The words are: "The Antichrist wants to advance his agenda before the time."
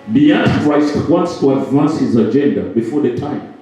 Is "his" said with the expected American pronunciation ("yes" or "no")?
yes